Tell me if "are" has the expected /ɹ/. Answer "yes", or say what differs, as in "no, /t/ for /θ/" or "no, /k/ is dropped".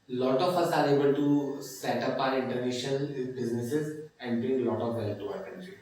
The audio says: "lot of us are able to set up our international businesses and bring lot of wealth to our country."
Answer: yes